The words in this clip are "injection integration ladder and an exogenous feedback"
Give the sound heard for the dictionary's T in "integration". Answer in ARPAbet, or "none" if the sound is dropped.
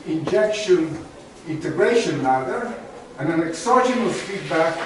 T